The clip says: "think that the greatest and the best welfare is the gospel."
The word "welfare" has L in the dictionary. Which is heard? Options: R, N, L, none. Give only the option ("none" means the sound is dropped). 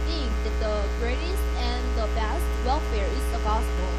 L